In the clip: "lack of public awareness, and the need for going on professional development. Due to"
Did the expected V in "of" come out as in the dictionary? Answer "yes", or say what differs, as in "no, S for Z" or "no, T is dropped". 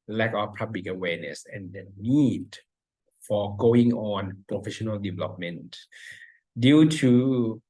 no, W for V